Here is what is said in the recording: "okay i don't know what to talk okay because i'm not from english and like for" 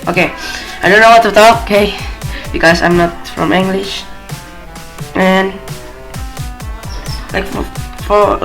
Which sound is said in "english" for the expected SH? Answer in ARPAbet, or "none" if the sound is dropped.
SH